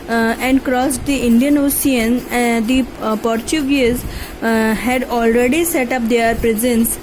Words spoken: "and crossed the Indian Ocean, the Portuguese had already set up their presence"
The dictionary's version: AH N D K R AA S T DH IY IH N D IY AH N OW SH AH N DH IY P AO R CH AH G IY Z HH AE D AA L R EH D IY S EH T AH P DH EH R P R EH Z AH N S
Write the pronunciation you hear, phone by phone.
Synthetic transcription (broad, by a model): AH N D K R AA S T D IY IH N D IY AH N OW S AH N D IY P AO R CH AH G IY Z HH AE D AA L R EH D IY S EH T AH P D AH R P R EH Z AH N S